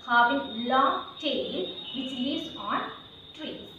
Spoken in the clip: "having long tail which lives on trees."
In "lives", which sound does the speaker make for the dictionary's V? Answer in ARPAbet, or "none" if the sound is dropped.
none